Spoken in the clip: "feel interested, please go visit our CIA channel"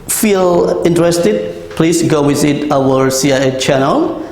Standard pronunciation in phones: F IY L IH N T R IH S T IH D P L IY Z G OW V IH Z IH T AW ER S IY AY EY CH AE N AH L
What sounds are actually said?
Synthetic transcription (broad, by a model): F IY L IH N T R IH S T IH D P L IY S G OW W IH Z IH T AW ER S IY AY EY CH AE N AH L